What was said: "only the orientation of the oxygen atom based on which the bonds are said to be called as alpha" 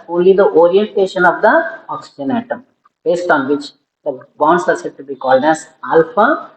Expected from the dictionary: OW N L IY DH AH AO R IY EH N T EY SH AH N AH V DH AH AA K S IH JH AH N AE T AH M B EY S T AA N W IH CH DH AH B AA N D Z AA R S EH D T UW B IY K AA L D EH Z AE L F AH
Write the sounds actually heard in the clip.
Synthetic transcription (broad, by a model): OW N L IY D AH AO R IY EH N T EY SH AH N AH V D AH AA K S IH JH AH N AE T AH M B EY S T AA N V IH CH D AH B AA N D S AA R S EH D T UW B IY K AA L D EH Z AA L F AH